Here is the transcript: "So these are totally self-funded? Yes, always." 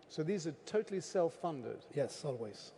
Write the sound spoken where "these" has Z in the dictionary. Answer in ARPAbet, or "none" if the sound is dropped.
Z